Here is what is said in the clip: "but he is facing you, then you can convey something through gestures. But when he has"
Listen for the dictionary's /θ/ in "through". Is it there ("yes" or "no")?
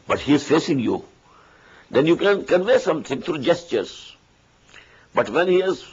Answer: no